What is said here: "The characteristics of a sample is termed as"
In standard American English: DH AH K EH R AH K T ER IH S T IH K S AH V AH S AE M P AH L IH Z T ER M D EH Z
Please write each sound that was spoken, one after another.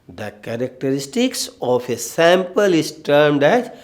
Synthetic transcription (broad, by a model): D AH K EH R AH K T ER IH S T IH K S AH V AH S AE M P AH L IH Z T ER M D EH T